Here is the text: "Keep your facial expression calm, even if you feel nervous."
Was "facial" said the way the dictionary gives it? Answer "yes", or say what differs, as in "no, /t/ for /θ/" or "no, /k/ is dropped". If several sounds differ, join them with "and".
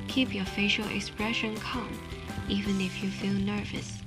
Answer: yes